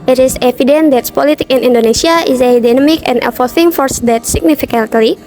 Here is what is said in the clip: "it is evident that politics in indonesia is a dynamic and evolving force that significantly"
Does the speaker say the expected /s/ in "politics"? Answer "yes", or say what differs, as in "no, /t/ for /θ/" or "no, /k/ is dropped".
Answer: no, /s/ is dropped